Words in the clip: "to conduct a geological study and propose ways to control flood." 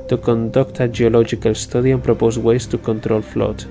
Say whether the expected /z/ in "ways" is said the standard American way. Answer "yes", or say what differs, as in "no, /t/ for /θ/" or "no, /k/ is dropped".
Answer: no, /s/ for /z/